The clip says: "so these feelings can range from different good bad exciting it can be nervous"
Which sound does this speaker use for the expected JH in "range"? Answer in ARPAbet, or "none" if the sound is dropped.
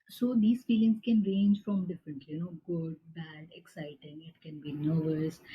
JH